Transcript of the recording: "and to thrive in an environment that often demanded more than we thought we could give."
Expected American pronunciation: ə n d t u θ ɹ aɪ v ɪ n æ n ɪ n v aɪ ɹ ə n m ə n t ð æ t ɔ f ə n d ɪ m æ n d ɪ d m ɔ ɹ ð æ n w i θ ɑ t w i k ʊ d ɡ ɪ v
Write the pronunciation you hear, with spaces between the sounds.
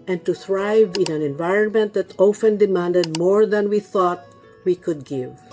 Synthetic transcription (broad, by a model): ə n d t u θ ɹ aɪ v ɪ n æ n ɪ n v aɪ ɹ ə n m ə n t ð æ t ɔ f ə n d ɪ m æ n d ɪ d m ɔ ɹ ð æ n w i θ ɑ t w i k ʊ d ɡ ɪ v